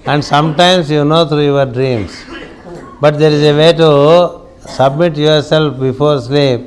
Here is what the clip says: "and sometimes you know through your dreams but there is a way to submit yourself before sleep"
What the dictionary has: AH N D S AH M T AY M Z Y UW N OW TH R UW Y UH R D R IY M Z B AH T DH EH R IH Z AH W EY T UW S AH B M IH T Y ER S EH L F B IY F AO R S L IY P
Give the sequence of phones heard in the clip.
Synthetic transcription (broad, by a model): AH N D S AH M T AY M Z Y UW N OW T R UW Y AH R D R IY M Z B AH T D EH R IH Z AH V EY T UW S AH B M IH T Y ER S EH L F B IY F AO R S L IY P